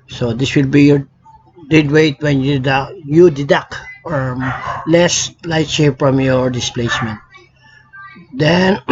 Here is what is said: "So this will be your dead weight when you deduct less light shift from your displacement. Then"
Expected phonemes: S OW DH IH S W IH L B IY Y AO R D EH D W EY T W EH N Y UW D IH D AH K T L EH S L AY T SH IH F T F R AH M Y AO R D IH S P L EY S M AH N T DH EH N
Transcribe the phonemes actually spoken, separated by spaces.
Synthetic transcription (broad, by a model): S OW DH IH S W IH L B IY Y AO R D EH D W EY T W EH N Y UW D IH D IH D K L EH S L AY T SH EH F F R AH M Y AO R D IH S P L EY S M AH N T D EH N